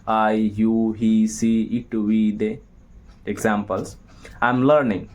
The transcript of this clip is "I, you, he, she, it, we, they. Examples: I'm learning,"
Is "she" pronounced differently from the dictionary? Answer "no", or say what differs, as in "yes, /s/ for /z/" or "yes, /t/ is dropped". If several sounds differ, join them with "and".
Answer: yes, /s/ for /ʃ/